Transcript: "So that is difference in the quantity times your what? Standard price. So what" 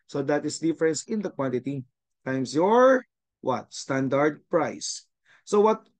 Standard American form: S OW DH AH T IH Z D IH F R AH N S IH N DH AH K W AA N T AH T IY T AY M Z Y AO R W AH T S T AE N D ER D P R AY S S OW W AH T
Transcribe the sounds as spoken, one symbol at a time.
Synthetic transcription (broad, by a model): S OW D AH T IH S D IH F R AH N S IH N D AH K W AA N T AH T IY T AY M S Y AO R W AH T S T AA N D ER D P R AY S S OW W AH T